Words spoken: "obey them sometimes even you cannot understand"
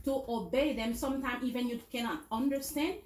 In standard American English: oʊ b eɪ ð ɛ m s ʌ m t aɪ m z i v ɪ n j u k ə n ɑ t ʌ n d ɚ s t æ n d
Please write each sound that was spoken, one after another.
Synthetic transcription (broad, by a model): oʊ b eɪ ð ɛ m s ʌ m t aɪ m i v ɪ n j u k ə n ɑ t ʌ n d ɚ s t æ n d